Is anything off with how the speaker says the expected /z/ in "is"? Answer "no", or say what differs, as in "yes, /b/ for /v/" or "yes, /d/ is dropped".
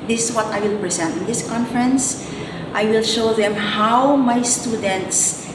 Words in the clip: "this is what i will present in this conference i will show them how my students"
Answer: yes, /s/ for /z/